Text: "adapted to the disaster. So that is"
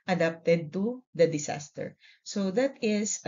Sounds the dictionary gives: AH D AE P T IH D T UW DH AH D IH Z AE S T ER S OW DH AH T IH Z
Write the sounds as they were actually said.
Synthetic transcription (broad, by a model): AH D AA P T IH D T UW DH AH D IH S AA S T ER S OW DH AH T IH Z